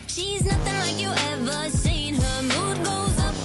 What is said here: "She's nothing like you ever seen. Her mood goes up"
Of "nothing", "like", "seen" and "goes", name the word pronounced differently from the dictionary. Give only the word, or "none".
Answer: none